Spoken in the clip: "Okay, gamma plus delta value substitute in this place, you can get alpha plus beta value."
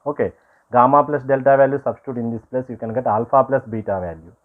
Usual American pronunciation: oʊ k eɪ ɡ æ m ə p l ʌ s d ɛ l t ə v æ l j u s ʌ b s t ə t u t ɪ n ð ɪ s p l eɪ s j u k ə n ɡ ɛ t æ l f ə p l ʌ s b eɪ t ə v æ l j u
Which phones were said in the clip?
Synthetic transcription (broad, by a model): oʊ k eɪ ɡ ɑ m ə p l ʌ s d ɛ l t ə v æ l j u s ʌ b s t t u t ɪ n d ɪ s p l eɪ s j u k ə n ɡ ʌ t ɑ l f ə p l ʌ s b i t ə v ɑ l j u